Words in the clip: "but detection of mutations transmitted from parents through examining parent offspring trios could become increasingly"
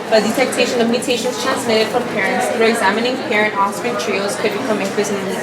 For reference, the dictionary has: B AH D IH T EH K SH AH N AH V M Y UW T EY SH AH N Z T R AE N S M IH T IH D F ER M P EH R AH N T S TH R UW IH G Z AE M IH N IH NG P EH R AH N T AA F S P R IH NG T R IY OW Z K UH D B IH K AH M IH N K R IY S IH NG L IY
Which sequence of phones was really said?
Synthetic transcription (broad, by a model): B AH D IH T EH K SH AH N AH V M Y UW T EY SH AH N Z T R AE N S M IH T IH D F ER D P EH R AH N T S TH R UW IH G Z AE M IH N IH NG P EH R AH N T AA S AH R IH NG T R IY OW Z K UH D B IH K AH M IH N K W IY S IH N